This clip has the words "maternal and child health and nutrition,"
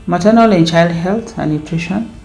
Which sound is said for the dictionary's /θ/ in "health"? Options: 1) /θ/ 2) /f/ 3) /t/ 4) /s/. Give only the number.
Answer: 3